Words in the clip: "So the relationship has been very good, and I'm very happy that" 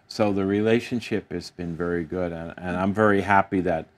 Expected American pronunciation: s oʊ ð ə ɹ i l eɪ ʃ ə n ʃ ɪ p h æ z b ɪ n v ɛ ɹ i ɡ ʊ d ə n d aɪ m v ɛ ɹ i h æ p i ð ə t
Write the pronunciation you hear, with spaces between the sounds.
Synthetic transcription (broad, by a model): s oʊ ð ə ɹ i l eɪ ʃ ə n ʃ ɪ p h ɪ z b ɪ n v ɛ ɹ i ɡ ʊ d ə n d aɪ m v ɛ ɹ i h æ p i ð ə t